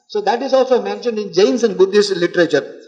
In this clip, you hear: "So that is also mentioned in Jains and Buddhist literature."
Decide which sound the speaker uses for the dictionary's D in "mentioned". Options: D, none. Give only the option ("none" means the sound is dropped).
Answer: D